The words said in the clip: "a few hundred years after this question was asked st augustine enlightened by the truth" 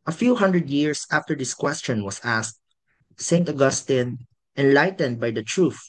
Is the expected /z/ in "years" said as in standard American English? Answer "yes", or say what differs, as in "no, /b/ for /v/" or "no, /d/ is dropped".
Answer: no, /s/ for /z/